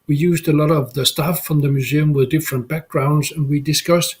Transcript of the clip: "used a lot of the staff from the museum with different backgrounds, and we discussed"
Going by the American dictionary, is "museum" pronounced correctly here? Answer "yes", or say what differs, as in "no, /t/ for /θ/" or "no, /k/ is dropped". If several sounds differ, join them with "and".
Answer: yes